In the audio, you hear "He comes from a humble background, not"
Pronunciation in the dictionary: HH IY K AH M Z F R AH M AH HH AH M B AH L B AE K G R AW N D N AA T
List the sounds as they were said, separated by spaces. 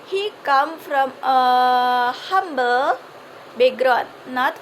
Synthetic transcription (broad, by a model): HH IY K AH M F R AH M AH HH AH M B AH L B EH G R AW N N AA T